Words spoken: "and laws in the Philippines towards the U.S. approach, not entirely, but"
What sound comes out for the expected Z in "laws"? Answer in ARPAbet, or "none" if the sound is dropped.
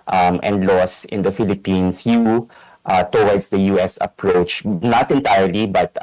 S